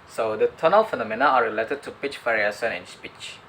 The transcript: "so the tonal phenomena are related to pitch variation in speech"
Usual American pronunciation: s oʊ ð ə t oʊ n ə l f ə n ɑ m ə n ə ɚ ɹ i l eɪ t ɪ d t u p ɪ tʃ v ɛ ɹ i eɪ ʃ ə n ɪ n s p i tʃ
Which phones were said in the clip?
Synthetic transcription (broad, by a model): s oʊ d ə t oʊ n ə l f ə n ɑ m ə n ə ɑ ɹ i l eɪ t ɪ d t u p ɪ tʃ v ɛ ɹ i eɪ s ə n ɪ n s p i tʃ